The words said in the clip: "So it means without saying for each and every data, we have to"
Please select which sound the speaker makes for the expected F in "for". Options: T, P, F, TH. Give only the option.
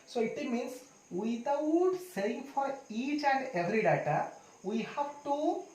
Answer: F